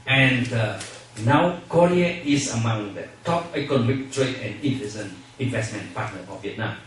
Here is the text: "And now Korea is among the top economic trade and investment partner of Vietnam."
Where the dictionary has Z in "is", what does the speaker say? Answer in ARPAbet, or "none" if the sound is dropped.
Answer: S